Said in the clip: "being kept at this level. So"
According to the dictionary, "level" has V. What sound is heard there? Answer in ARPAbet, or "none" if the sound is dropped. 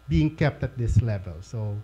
V